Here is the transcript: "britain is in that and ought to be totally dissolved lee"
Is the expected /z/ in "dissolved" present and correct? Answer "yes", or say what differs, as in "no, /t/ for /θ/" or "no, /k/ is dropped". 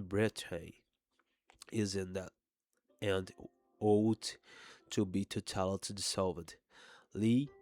no, /s/ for /z/